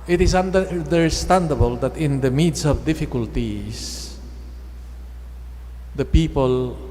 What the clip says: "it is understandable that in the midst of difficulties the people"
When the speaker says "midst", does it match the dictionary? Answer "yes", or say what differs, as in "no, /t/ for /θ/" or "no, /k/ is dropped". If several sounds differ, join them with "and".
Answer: no, /t/ is dropped